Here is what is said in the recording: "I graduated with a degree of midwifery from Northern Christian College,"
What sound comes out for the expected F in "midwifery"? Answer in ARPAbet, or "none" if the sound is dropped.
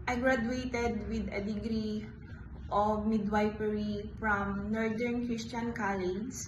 P